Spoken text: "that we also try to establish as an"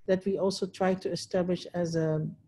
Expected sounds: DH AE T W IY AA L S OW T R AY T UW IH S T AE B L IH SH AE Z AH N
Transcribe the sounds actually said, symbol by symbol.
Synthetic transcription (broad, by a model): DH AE T W IY AA L S OW T R AY T UW IH S T AE B L IH SH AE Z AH